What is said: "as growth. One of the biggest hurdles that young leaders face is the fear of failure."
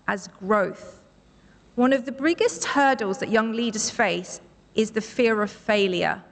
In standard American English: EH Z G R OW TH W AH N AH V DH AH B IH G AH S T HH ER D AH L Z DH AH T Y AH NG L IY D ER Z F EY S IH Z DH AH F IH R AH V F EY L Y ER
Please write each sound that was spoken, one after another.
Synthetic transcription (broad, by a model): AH Z G R OW TH W AH N AH V DH AH B IH G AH S T HH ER D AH L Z DH AH T Y AH NG L IY D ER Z F EY S IH Z DH AH F IH R AH V F EY L Y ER